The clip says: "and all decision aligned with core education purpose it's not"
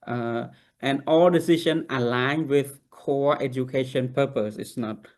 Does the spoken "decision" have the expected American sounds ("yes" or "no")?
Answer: no